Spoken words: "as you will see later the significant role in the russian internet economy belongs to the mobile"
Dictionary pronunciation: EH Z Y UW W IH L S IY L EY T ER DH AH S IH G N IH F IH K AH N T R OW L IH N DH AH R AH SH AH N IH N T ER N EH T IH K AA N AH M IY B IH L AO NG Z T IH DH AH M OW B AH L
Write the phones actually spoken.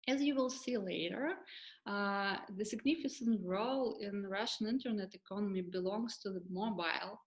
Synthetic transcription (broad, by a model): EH Z Y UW W IH L S IY L EY T ER DH AH S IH G N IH F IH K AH N T R OW L IH N R AH SH AH N IH N T ER N EH T IH K AA N AH M IY B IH L AO NG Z T IH DH AH M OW B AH L